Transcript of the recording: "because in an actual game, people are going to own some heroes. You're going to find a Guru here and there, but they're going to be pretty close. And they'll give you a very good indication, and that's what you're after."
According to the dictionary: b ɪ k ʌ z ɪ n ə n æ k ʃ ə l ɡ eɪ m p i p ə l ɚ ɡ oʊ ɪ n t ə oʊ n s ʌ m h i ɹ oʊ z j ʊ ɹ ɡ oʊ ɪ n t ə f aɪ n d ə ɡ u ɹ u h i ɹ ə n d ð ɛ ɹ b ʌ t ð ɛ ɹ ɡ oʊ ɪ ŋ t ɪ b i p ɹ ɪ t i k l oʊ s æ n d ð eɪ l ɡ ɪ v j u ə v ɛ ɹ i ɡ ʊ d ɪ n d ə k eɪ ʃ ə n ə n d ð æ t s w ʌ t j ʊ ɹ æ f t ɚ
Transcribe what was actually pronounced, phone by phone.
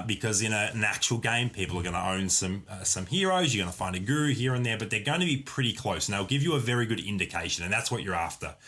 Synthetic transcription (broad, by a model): b ɪ k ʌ z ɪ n ə n æ k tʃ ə l ɡ eɪ m p i p l ɚ ɡ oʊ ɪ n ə oʊ n s ʌ m h i ɹ oʊ z j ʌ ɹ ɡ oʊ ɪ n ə f aɪ n d ə ɡ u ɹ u h i ɹ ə n ð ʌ ɹ b ʌ t ð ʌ ɹ ɡ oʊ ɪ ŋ t ɪ b i p ɹ ɪ t i k l oʊ s n ð eɪ l ɡ ɪ v j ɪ ə v ɛ ɹ i ɡ ʊ d ɪ n d ə k eɪ ʃ ə n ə n ð æ t s w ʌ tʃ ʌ ɹ æ f t ɚ